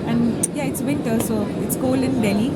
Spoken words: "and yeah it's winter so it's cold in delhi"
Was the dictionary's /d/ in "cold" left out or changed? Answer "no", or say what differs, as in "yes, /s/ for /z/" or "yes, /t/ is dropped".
yes, /d/ is dropped